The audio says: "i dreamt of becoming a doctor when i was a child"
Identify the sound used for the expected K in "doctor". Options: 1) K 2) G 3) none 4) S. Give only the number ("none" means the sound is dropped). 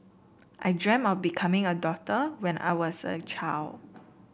3